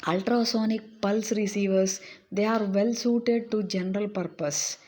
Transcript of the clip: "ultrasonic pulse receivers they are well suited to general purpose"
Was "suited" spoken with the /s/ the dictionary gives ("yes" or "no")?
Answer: yes